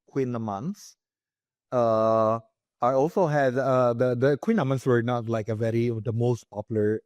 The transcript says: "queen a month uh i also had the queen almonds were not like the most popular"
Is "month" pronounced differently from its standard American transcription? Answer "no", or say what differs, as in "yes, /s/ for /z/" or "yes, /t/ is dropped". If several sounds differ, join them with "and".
yes, /s/ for /θ/